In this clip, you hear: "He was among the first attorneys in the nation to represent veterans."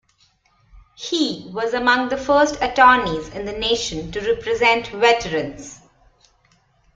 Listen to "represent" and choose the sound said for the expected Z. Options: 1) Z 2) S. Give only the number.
1